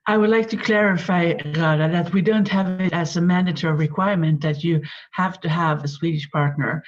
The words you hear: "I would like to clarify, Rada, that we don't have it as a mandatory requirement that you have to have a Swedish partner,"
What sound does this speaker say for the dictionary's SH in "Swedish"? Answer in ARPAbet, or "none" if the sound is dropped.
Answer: SH